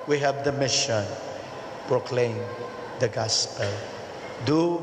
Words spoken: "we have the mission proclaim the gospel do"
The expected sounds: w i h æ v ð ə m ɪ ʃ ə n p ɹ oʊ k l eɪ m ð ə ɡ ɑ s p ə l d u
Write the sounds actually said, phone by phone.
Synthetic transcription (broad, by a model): w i h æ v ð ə m ɪ ʃ ə n p ɹ oʊ k l eɪ m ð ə ɡ ɑ s p ə l d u